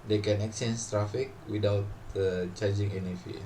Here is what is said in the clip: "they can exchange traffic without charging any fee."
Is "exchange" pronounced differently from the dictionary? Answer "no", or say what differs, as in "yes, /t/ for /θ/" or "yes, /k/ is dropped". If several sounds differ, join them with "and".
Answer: yes, /tʃ/ is dropped